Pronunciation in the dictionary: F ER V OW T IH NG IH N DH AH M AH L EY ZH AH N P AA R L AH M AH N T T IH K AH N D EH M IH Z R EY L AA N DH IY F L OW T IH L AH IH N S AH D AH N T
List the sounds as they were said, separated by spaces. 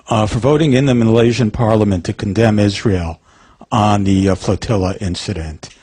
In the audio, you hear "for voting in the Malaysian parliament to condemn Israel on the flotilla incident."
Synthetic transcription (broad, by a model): F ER V OW T IH NG IH N DH AH M AH L EY ZH AH N P AA R L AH M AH N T T IH K N D EH M IH Z R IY L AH N DH IY F L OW T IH L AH IH N S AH D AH N T